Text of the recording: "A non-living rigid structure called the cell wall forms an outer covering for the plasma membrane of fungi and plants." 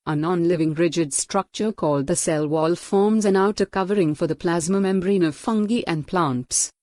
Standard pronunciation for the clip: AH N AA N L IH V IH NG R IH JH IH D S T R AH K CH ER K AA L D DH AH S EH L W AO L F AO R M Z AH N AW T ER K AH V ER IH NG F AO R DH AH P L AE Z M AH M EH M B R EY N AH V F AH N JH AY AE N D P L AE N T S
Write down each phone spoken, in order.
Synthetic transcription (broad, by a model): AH N AA N L IH V IH NG R IH JH IH D S T R AH K CH ER K AA L D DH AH S EH L W AO L F AO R M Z AH N AW T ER K AH V ER IH NG F AO R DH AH P L AE Z M AH M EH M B R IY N AH V F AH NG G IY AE N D P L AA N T S